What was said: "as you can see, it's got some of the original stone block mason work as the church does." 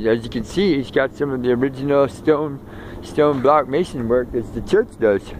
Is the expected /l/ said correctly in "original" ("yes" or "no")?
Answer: no